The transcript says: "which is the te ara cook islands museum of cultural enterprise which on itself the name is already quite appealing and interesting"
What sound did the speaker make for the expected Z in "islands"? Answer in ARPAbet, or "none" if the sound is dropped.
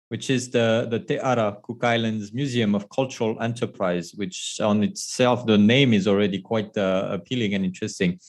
Z